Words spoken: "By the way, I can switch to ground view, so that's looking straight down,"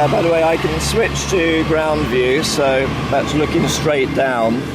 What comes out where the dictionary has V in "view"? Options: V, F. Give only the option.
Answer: V